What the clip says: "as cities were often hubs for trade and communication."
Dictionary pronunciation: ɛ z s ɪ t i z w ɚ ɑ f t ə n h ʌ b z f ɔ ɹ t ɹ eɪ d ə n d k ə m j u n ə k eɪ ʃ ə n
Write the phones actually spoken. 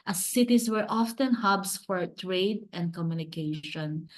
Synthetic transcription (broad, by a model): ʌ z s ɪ t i s w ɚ ɑ f t ə n h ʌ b s f ɔ ɹ t ɹ eɪ d ə n d k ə m j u n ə k eɪ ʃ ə n